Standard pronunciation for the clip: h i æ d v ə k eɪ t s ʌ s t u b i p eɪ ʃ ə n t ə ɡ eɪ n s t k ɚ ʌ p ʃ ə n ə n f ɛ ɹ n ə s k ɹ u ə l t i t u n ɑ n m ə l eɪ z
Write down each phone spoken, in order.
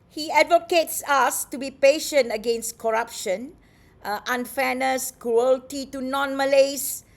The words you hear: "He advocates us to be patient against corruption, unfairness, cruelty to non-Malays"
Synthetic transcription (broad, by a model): h i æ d v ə k eɪ t s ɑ s t u b i p eɪ ʃ ə n t ə ɡ eɪ n s t k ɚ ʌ p ʃ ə n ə n f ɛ n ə s k ɹ u ə l t i t u n ɑ n m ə l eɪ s